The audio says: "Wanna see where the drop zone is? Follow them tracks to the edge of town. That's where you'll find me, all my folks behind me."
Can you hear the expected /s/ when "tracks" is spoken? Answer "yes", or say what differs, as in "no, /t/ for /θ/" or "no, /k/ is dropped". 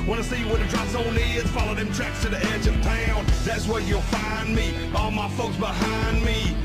yes